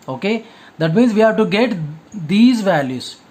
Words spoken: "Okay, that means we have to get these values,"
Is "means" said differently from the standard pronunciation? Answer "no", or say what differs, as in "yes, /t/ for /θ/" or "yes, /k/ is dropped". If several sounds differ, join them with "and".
no